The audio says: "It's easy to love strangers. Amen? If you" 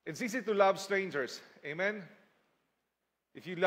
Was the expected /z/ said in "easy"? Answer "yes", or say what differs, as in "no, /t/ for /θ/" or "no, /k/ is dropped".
no, /s/ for /z/